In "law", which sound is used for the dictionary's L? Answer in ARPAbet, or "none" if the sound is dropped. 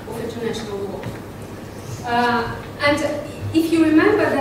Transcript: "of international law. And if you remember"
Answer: W